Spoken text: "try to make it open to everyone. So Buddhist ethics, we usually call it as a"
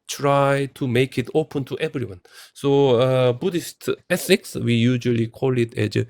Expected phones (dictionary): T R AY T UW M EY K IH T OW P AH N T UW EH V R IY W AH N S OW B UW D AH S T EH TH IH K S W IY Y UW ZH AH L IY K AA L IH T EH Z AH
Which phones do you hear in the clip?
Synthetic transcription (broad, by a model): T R AY T UW M EY K IH T OW P AH N T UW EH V R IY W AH N S OW B UW D AH S T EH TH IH K S W IY Y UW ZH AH L IY K AA L IH T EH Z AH